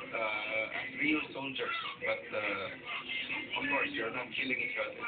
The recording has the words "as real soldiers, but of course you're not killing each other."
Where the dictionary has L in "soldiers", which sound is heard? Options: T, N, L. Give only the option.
N